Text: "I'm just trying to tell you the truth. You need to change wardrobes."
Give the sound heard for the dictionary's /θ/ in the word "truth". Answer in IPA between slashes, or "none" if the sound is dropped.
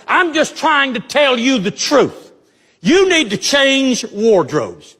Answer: /θ/